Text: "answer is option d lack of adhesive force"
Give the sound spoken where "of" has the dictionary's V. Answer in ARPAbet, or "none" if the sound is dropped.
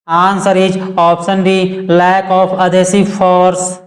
P